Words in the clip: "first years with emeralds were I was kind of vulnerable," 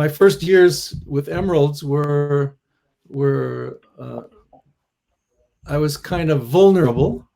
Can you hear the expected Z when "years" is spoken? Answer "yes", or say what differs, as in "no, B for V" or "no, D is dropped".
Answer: yes